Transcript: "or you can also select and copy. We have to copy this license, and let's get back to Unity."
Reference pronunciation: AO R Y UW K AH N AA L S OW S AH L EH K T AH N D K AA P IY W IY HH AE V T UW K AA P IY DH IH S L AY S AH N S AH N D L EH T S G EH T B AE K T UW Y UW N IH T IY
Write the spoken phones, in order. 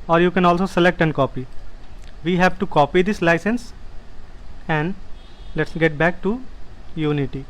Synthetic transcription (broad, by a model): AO R Y UW K AH N AA L S OW S AH L EH K T AH N D K AA P IY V IY HH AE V T UW K AA P IY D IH S L AY S AH N S AH N D L EH T S G EH T B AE K T UW Y UW N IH T IY